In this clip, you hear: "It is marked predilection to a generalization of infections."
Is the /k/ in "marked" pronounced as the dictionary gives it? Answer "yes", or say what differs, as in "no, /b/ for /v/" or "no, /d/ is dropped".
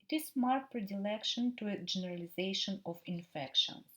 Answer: no, /k/ is dropped